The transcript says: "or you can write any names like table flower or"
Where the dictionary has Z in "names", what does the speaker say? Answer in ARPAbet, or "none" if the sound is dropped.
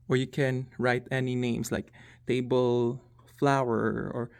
S